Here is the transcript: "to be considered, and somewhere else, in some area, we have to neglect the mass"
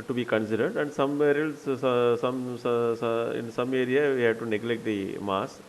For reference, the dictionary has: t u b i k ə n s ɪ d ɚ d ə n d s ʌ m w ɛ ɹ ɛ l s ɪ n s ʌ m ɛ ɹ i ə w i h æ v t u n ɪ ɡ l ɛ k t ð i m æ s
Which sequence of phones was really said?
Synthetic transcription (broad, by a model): t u b i k ə n s ɪ d ɚ d ə n d s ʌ m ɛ ɹ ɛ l s ɪ n s ʌ m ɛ ɹ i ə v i h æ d t u n ɪ ɡ l ɛ k t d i m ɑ s